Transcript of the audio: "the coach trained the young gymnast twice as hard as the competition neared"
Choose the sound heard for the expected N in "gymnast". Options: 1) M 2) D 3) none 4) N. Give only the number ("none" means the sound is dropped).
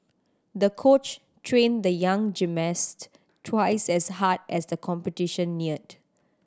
3